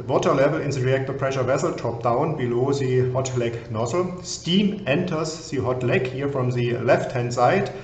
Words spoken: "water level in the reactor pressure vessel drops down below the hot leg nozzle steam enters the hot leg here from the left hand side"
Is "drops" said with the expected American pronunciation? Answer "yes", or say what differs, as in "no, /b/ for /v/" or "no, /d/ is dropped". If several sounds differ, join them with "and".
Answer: no, /s/ is dropped